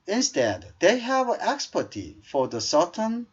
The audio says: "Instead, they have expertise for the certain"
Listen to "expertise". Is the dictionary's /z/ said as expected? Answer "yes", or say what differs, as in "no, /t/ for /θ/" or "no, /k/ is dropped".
no, /z/ is dropped